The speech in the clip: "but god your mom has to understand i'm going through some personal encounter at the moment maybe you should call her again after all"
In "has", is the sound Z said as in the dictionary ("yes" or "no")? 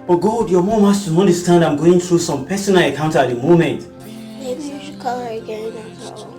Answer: no